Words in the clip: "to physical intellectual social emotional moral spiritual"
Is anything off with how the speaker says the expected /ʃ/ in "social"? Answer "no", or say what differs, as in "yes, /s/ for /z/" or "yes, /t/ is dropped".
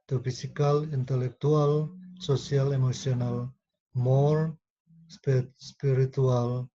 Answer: yes, /s/ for /ʃ/